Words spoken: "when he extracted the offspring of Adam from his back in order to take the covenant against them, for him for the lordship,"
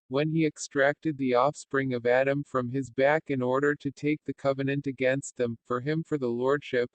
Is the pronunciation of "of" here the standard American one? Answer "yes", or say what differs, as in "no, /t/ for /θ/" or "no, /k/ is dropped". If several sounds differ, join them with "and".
yes